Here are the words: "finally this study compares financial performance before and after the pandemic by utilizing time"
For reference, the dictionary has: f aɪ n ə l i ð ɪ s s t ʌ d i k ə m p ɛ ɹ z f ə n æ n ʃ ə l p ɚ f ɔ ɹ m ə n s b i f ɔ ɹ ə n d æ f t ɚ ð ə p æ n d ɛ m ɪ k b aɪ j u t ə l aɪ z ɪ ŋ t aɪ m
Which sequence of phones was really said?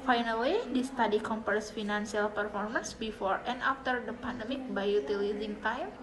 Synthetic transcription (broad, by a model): f aɪ n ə l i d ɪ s s t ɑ d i k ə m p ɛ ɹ s f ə n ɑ n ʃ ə l p ɚ f ɔ ɹ m ə n s b i f ɔ ɹ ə n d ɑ f t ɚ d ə p æ n d ɛ m ɪ k b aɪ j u t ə l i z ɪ ŋ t aɪ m